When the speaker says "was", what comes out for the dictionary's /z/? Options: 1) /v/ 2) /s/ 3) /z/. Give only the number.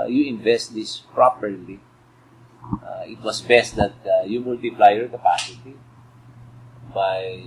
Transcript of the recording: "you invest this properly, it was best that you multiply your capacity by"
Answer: 2